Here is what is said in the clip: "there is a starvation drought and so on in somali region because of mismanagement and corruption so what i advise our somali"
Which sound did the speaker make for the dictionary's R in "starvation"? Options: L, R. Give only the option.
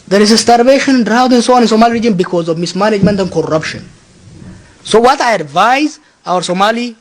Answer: R